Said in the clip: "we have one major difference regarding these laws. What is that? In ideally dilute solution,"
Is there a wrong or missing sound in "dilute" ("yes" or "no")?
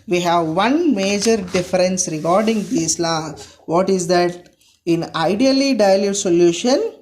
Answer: no